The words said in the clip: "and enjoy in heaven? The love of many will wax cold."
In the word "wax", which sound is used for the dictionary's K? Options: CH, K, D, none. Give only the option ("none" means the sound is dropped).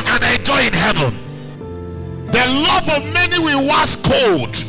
none